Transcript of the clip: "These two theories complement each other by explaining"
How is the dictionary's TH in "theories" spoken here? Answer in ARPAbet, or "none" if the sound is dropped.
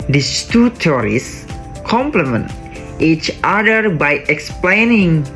T